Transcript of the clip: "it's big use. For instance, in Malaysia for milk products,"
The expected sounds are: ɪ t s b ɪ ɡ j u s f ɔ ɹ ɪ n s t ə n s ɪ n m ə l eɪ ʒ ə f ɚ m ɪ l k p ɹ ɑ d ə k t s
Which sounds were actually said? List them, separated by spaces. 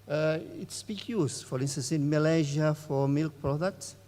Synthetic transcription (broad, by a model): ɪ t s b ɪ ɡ j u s f ɔ ɹ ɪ n s t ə n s ɪ n m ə l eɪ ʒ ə f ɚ m ɪ l k p ɹ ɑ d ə k t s